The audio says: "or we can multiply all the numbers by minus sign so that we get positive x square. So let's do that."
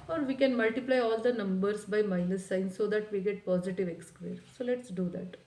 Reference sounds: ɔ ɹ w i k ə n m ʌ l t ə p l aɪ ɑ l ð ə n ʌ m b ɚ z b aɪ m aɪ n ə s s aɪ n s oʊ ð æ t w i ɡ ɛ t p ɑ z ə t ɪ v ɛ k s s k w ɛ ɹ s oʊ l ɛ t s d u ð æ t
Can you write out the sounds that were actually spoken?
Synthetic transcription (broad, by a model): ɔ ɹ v i k ə n m ʌ l t ə p l aɪ ɑ l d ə n ʌ m b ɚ s b aɪ m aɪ l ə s s aɪ n s oʊ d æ t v i ɡ ɛ t p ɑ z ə t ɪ v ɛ k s s k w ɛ ɹ s oʊ l ɛ t s d u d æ t